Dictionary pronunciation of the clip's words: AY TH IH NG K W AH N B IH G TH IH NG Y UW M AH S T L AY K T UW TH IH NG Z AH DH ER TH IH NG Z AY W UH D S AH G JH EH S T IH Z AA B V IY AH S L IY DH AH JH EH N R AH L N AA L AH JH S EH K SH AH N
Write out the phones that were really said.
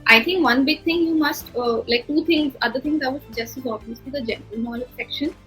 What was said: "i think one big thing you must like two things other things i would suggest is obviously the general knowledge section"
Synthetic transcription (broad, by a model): AY T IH NG K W AH N B IH G T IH NG Y UW M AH S T L AY K T UW T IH NG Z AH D ER T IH NG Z AY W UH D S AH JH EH S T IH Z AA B IY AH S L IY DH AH JH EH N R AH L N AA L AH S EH K SH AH N